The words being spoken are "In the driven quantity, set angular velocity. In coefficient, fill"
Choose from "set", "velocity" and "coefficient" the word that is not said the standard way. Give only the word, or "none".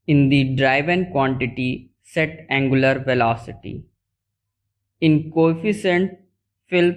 coefficient